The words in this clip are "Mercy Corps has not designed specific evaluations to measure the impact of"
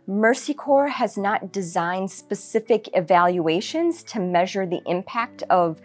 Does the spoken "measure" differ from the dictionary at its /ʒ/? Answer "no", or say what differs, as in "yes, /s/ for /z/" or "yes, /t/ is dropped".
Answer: no